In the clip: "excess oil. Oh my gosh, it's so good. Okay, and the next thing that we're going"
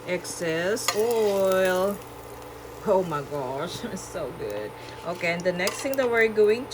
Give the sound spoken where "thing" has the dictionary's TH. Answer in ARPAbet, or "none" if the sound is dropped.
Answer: T